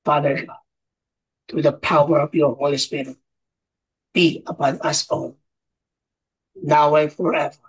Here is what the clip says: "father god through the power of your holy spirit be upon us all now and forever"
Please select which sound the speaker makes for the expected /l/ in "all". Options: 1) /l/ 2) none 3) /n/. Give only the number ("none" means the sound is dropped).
3